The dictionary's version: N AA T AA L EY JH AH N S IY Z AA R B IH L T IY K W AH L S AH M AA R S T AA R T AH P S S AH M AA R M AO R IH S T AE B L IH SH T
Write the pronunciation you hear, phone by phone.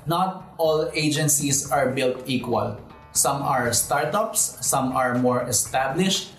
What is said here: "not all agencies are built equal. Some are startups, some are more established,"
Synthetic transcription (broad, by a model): N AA T AA L EY JH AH N S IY S AA R B IH L T IY K W AH L S AH M AA R S T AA R T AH P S S AH M AA R M AO R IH S T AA B L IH SH T